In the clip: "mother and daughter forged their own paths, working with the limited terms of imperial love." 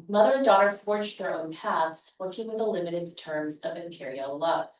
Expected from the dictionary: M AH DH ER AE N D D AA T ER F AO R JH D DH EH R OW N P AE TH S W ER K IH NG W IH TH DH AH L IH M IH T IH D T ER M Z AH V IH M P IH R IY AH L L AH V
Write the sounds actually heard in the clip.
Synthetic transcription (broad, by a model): M AH DH ER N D D AA T ER F AO R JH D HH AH R OW N P AE TH S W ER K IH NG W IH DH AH L IH M IH T IH D T ER M Z AH V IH M P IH R IY L L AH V